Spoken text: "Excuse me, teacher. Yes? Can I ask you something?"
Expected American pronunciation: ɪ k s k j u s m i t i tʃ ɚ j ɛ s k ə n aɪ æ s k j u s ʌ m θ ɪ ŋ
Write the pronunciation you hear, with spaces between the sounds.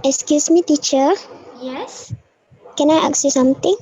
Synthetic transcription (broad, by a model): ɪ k s k j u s m i t i tʃ ɚ j ɛ s k ə n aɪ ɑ k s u s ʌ m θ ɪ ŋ